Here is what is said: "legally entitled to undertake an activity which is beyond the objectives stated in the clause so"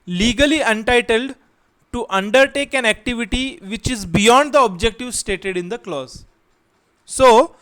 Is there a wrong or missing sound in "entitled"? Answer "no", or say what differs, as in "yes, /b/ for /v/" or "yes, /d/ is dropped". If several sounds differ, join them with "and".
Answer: no